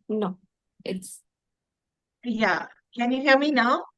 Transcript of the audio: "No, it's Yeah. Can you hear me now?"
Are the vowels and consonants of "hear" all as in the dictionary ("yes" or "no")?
no